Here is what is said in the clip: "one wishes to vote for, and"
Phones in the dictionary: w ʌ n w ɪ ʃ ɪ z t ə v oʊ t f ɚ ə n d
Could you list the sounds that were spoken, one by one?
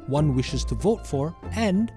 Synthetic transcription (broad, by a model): w ʌ n w ɪ ʃ ɪ z t ə v oʊ t f ɚ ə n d